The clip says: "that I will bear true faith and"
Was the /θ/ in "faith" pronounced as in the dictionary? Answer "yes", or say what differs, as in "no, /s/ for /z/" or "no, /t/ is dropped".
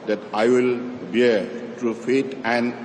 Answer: no, /t/ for /θ/